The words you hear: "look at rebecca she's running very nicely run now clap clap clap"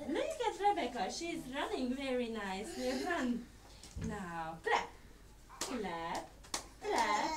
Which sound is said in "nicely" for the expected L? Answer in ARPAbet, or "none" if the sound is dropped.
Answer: none